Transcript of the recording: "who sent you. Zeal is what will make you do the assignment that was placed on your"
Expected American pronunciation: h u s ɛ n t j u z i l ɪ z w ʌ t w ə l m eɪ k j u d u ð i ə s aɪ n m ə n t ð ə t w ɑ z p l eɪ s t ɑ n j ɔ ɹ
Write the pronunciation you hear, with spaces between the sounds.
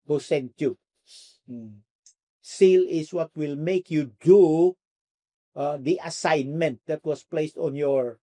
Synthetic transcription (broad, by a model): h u s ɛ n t j u s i l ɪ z w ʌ t w ə l m eɪ k j u d u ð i ə s aɪ n m ə n t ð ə t w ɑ s p l eɪ s t ɑ n j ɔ ɹ